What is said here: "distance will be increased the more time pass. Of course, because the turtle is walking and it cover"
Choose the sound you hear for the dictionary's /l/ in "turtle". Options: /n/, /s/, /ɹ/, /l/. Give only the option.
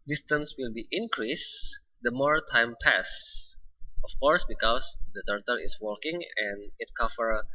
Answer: /l/